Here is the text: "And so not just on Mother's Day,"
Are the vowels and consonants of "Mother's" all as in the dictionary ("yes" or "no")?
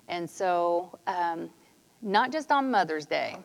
yes